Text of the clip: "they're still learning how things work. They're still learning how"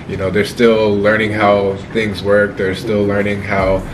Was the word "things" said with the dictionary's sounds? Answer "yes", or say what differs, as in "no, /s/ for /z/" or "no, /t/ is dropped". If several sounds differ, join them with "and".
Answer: yes